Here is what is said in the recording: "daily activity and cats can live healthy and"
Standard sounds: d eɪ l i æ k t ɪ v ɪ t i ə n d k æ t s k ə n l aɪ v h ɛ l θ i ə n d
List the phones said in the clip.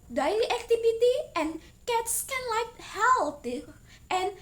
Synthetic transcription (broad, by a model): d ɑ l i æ k t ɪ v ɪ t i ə n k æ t s k ə n l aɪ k h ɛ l t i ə n